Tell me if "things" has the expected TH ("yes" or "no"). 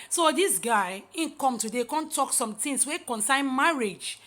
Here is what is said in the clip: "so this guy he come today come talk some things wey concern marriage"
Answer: no